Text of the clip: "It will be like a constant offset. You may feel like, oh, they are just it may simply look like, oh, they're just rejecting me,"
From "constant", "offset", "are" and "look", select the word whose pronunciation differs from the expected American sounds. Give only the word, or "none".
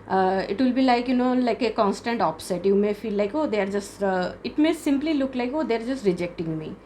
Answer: offset